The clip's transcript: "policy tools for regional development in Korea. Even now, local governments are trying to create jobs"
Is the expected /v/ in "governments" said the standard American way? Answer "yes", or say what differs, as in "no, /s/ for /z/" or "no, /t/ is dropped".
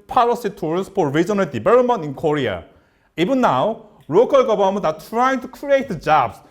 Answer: no, /b/ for /v/